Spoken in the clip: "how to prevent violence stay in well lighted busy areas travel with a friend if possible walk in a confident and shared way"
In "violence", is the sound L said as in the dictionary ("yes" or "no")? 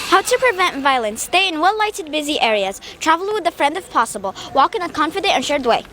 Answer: yes